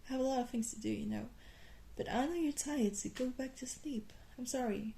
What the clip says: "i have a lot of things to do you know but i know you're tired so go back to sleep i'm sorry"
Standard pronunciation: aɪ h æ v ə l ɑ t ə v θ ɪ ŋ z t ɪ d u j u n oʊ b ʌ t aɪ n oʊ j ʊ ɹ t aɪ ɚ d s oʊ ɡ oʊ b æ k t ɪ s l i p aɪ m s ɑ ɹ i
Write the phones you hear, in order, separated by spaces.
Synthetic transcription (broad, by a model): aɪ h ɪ v ə l ɑ t ə v θ ɪ ŋ z t ɪ d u j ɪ n oʊ b ʌ t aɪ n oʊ j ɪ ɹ t aɪ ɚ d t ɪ ɡ oʊ b æ k t ɪ s l i p aɪ m s ɑ ɹ i